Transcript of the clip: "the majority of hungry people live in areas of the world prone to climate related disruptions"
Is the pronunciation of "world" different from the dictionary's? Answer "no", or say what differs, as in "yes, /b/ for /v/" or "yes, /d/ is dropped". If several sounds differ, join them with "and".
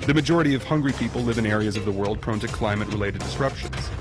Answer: no